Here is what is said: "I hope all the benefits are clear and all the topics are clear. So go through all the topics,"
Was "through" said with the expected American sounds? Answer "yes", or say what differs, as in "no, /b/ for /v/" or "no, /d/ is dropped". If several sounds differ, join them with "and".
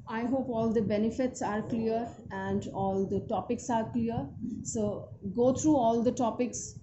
no, /t/ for /θ/